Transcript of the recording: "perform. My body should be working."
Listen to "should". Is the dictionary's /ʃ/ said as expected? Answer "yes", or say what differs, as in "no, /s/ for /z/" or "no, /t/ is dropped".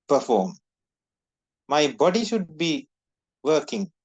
yes